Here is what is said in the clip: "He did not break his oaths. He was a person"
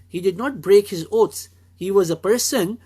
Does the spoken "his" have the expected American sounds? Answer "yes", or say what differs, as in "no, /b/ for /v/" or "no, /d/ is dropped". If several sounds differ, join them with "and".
yes